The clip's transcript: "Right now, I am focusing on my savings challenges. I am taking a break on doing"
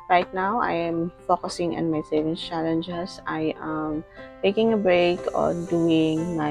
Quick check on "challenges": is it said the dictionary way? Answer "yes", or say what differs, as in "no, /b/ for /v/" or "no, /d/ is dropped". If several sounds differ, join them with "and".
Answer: no, /s/ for /z/